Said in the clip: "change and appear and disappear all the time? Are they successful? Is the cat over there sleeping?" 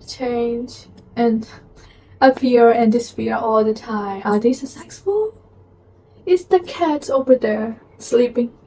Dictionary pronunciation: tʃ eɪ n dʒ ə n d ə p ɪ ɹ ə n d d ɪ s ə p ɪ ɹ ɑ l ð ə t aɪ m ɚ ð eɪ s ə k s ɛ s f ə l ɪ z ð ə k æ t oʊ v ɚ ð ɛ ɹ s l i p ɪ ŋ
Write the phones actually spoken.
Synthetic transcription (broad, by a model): tʃ eɪ n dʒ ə n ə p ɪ ɹ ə n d d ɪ s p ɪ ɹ ɑ l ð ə t aɪ m ɚ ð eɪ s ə s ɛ s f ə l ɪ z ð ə k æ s oʊ v ɚ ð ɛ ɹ s l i p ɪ ŋ